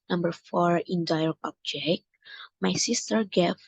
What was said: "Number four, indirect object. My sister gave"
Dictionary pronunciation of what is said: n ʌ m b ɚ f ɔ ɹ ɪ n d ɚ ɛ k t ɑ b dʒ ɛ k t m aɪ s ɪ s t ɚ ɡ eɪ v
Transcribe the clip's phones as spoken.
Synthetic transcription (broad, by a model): n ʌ m b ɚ f ɔ ɹ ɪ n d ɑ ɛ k ɑ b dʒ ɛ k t m aɪ s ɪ s t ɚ ɡ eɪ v